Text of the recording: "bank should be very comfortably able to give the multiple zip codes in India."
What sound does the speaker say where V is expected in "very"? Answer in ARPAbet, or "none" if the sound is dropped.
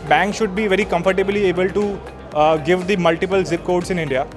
V